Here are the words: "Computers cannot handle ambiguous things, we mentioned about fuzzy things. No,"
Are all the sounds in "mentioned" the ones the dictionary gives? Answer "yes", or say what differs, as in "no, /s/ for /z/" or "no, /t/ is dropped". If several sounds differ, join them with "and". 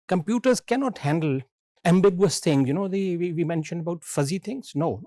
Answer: yes